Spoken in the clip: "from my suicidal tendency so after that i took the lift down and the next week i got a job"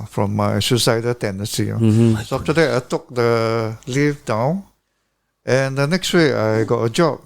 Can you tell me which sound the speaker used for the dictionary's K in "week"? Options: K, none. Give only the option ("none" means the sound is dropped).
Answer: none